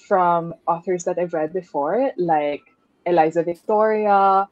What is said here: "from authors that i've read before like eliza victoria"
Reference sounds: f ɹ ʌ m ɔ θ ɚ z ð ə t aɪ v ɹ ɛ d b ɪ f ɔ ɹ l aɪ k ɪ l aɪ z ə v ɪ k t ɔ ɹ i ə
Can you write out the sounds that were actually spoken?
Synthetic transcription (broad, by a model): f ɹ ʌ m ɔ θ ɚ z ð ə t aɪ v ɹ ɛ d b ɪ f ɔ ɹ l aɪ k ɪ l aɪ z ə v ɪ k t ɔ ɹ i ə